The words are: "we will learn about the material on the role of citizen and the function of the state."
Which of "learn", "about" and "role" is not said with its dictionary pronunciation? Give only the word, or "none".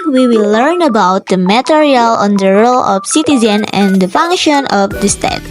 none